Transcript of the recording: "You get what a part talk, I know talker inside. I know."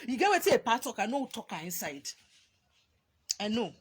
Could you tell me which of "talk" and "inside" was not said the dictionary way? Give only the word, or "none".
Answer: none